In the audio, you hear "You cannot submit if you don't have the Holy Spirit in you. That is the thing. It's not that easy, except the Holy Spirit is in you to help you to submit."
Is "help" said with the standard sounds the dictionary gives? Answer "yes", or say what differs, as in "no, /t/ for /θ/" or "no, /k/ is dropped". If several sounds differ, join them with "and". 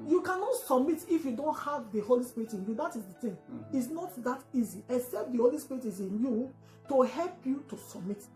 yes